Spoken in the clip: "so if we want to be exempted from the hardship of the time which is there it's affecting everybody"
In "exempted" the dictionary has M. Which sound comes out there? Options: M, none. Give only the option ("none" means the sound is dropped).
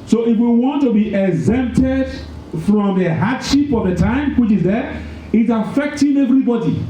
M